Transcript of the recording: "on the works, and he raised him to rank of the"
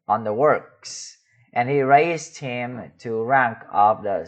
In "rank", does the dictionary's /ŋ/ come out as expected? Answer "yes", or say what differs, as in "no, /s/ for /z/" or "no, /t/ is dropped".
yes